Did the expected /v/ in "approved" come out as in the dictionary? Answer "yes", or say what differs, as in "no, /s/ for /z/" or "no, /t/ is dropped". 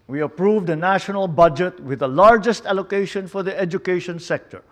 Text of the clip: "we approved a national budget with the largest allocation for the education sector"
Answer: yes